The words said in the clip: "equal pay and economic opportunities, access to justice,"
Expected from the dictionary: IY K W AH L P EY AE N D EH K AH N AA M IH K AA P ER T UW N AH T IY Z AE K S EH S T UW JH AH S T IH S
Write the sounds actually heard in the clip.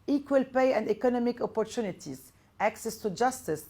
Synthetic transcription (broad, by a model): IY K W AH L P EY AE N D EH K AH N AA M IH K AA P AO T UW N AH T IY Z AE K S EH S T UW JH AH S T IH S